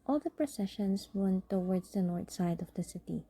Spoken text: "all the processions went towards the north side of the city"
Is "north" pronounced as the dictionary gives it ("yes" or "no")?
no